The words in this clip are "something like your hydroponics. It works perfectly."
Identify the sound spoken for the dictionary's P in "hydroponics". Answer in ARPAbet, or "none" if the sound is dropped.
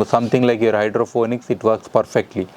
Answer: F